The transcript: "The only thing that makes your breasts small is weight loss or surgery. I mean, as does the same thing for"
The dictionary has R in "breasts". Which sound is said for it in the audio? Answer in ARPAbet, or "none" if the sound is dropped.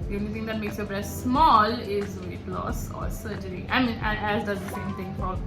none